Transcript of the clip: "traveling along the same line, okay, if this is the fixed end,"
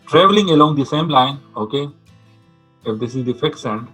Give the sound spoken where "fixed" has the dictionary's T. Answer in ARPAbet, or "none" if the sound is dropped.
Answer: none